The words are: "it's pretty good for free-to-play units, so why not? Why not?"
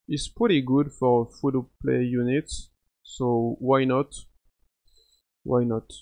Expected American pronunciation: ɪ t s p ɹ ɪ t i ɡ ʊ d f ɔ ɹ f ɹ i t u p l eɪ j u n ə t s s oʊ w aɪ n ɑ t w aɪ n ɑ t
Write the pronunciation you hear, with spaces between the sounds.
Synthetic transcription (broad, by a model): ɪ t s p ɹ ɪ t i ɡ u d f ɔ ɹ f u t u p l eɪ j u n ə t s s oʊ w aɪ n ɑ t w aɪ n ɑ t